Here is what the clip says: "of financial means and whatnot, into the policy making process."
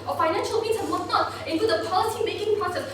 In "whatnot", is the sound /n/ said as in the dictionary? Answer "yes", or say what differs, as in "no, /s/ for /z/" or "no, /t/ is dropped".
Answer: no, /n/ is dropped